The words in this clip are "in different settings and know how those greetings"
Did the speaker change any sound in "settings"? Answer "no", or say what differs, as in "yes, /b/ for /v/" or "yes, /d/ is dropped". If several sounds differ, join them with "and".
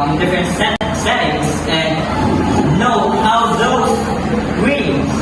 yes, /s/ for /t/